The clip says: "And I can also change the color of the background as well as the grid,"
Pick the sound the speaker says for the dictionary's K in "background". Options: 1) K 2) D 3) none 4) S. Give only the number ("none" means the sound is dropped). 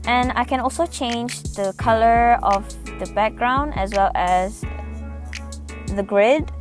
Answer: 1